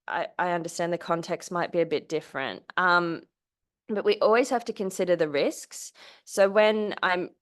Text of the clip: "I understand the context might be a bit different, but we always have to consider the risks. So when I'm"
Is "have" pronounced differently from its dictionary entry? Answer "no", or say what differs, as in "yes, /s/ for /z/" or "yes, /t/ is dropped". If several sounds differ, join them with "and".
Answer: yes, /f/ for /v/